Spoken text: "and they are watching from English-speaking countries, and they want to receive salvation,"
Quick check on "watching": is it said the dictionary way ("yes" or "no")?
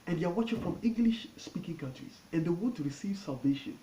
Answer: yes